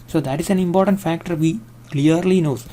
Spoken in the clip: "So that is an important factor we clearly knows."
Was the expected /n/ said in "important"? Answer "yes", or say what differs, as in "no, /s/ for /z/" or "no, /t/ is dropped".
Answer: yes